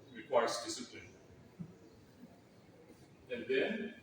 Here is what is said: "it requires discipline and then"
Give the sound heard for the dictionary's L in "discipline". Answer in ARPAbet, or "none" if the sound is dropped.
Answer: none